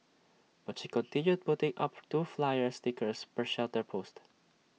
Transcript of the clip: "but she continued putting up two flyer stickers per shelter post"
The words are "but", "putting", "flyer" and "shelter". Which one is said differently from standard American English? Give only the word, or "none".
none